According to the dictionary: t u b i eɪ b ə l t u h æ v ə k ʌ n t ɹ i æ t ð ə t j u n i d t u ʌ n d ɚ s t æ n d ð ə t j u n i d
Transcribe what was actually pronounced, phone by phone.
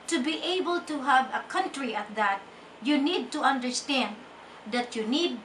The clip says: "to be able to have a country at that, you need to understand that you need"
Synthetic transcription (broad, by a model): t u b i eɪ b ə l t u h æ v ə k ʌ n t ɹ i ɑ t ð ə t j u n i d t u ʌ n d ɚ s t æ n d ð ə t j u n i d